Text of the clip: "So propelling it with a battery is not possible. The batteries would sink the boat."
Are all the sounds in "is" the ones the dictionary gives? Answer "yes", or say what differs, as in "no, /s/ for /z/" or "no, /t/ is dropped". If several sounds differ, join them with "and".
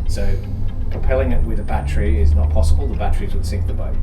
yes